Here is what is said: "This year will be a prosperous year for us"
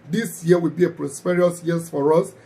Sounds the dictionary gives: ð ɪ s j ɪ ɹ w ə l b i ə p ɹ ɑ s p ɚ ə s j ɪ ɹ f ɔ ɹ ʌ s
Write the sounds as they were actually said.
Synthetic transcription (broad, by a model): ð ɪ s j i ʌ w ə l b i ə p ɹ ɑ s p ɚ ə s j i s f ɔ ɹ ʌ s